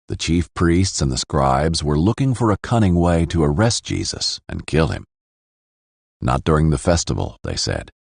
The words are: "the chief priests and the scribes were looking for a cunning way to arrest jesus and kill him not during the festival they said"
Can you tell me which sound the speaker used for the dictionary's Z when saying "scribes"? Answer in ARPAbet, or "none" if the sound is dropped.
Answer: Z